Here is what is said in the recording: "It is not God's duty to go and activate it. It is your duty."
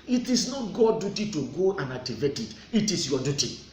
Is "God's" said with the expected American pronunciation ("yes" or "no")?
no